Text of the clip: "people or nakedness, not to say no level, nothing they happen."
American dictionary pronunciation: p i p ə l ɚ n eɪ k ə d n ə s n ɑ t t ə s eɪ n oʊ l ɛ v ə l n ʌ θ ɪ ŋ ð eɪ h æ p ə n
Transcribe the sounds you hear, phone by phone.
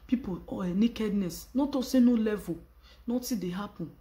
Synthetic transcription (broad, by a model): p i p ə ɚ n eɪ k ə d n ə s n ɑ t t ə s eɪ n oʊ l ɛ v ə n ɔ t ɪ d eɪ h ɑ p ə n